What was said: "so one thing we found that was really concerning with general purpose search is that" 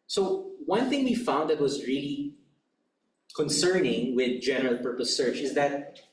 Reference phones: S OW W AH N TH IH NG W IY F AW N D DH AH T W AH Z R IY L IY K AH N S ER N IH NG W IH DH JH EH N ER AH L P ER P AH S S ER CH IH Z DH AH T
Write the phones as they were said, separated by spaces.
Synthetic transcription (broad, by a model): S OW W AH N TH IH NG W IY F AW N D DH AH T W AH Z R IY L IY K AH N S ER N IH NG W IH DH JH EH N ER AH L P ER P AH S S ER CH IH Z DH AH T